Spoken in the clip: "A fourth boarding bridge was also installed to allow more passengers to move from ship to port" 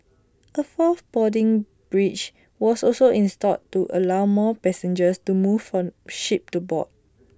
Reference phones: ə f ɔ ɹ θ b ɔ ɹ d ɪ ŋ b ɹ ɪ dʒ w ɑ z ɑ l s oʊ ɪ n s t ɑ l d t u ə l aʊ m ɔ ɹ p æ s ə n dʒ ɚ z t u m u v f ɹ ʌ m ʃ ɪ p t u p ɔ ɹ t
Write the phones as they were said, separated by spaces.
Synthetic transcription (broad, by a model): ə f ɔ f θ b ɔ d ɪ ŋ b ɹ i tʃ w ɑ s ɑ l s oʊ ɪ n s t ɑ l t u ə l aʊ m ɔ p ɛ s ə n dʒ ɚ s t u m u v f ɹ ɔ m ʃ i p t u b ɔ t